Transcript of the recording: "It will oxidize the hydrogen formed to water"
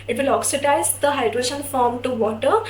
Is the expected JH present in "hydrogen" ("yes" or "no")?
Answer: no